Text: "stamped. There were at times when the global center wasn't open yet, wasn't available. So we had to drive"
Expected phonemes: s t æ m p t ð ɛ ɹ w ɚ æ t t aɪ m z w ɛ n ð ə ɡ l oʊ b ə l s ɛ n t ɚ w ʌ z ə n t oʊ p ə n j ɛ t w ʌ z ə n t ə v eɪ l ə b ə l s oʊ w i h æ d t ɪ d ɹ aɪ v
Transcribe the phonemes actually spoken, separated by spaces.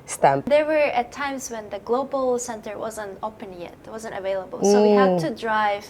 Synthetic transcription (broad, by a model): s t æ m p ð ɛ ɹ w ɚ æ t t aɪ m z w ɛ n ð ə ɡ l oʊ b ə l s ɛ n t ɚ w ʌ z ə n t oʊ p ə n j ɛ t w ʌ z ə n t ə v eɪ l ə b ə l s oʊ w i h æ d t ɪ d ɹ aɪ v